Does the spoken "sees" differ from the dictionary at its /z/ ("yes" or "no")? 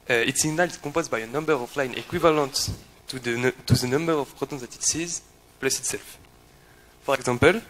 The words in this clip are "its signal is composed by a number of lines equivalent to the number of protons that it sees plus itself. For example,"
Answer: no